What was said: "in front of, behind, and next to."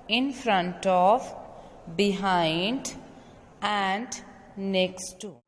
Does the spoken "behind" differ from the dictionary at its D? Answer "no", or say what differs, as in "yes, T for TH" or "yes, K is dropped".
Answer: no